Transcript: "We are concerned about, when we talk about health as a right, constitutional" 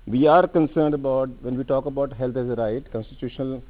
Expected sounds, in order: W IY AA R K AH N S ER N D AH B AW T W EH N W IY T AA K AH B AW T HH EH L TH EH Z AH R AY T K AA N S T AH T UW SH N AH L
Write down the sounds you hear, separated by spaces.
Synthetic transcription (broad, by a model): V IY AA R K AH N S ER N D AH B AW T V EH N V IY T AA K AH B AW T HH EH L T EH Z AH R AY T K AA N S T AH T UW SH N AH L